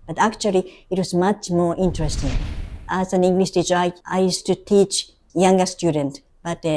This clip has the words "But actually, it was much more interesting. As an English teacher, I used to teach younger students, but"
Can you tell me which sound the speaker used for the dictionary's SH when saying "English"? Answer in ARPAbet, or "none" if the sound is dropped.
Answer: S